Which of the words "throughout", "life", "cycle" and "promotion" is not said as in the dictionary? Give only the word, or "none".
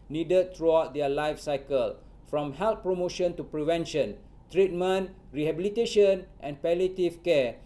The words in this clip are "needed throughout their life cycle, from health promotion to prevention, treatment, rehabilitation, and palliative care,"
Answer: throughout